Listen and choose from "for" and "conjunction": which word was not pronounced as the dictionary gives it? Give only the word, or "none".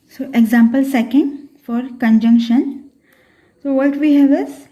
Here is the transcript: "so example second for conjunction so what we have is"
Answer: none